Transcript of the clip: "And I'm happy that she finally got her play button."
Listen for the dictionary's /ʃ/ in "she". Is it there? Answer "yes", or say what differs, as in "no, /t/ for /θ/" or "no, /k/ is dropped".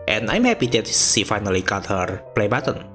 no, /s/ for /ʃ/